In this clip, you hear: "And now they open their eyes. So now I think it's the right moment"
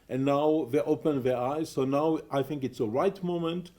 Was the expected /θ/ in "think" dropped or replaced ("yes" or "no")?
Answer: no